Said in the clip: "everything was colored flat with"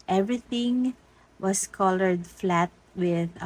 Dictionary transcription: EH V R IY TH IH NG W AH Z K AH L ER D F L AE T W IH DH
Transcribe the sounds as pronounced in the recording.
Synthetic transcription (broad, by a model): EH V R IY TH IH NG W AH S K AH L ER D F L AE T W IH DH